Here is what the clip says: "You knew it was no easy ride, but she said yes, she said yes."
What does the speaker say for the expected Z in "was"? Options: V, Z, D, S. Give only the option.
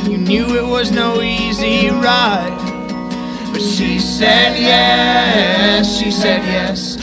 Z